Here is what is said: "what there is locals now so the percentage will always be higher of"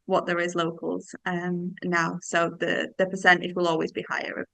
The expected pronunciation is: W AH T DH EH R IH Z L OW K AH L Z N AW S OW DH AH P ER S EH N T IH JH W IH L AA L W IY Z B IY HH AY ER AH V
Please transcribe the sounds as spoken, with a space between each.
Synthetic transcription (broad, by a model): W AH T DH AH R IH Z L OW K AH L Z N AW S OW DH AH P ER S EH N T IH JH W IH L AA L W IY Z B IY HH AY ER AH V